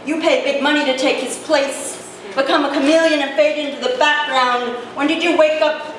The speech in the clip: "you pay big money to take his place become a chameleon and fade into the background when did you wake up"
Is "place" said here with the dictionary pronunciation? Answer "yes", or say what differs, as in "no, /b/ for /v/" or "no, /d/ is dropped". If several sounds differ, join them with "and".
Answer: yes